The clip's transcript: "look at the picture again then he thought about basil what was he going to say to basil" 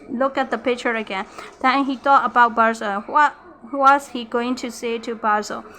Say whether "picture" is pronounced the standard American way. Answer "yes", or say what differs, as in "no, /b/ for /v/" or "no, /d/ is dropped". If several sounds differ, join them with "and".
yes